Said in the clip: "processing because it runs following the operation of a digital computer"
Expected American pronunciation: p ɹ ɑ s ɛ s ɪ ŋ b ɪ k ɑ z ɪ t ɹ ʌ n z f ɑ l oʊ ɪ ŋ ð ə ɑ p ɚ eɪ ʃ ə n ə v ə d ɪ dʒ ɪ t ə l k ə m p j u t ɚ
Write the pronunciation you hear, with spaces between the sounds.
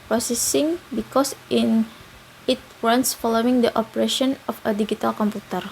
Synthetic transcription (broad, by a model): p ɹ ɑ s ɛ s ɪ ŋ b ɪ k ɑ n ɪ t w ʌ n s f ɑ l oʊ ɪ ŋ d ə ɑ p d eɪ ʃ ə n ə f ə d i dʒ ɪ t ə l k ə m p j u t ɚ